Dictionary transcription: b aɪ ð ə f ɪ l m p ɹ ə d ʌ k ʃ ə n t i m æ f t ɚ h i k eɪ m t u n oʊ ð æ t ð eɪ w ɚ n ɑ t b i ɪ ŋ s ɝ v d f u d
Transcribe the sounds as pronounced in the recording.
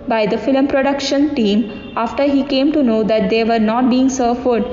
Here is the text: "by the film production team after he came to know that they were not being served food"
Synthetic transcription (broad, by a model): b aɪ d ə f ɪ l m p ɹ ə d ʌ k ʃ ə n t i m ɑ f t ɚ h i k eɪ m t u n oʊ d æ t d eɪ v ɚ n ɑ t b i ɪ ŋ s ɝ d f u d